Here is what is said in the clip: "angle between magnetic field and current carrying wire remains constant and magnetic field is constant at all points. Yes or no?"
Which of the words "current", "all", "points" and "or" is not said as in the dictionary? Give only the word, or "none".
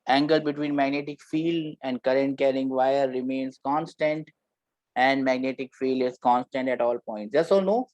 or